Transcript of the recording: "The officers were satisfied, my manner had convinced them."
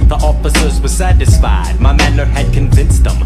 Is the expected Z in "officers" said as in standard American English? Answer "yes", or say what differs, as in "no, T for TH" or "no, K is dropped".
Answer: yes